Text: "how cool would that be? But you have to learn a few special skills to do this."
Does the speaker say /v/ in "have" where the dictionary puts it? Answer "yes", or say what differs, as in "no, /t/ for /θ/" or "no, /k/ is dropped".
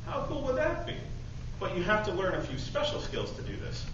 no, /f/ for /v/